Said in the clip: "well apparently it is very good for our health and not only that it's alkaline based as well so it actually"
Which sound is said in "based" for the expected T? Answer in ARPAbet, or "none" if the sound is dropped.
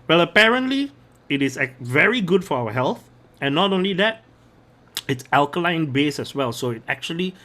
none